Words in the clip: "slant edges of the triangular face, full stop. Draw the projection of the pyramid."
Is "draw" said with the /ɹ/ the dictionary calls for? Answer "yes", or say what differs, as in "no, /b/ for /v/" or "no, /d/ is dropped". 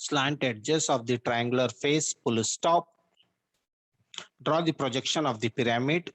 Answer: yes